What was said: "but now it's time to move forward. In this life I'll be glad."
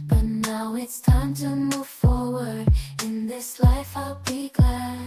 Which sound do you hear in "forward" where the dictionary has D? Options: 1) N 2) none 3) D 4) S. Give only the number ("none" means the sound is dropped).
3